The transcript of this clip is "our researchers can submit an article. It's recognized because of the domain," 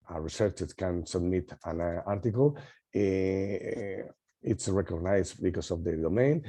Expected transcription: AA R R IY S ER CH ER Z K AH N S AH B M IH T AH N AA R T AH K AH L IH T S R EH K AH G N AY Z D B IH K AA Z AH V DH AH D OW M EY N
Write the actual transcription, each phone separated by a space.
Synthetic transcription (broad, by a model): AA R R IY S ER CH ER S K AH N S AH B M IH T AH N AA R T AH K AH L IH T S R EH K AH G N AY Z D B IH K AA S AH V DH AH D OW M EY N